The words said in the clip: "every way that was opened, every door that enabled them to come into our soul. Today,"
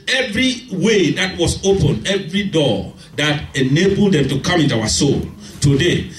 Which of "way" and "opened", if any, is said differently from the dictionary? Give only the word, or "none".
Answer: opened